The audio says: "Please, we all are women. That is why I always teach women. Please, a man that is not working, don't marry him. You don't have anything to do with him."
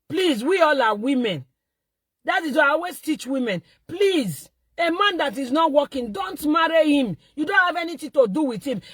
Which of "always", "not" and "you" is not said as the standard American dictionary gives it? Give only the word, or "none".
always